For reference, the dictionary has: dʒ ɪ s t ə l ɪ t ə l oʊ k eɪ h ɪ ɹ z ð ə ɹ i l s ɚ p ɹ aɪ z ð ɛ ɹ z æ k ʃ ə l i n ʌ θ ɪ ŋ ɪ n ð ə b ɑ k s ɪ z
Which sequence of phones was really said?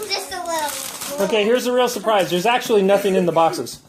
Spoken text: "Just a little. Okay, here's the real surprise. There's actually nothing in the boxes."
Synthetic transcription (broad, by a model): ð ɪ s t ə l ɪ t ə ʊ k eɪ h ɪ ɹ z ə ɹ i l s ɚ p ɹ aɪ z ð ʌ ɹ z æ k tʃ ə l i n ʌ θ ɪ ŋ ɪ n ð ə b ɑ k s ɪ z